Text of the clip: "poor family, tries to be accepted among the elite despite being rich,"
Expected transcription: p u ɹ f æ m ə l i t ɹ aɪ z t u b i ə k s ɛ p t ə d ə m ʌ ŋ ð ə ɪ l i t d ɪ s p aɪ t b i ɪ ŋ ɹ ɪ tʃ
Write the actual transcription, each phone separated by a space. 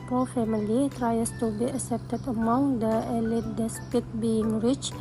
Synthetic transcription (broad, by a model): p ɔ f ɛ m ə l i t ɹ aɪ s t u b i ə s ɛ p t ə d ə m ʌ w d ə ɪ l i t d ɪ s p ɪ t b i ɪ ŋ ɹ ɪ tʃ